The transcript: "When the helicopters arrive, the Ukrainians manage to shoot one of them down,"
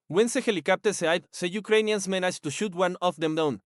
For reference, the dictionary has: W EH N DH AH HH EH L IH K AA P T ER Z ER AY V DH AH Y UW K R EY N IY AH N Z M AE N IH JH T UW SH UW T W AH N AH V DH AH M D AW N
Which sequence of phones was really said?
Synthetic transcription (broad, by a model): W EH N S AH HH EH L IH K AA P T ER S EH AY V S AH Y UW K R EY N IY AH N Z M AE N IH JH T UW SH UW T W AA N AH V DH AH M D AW N